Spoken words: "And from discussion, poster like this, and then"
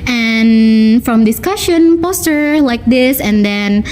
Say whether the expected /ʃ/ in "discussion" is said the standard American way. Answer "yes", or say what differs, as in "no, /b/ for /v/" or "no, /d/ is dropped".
yes